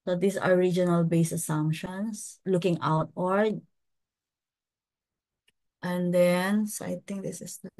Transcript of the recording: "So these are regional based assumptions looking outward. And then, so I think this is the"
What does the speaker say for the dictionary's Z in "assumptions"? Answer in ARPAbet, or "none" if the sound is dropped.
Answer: S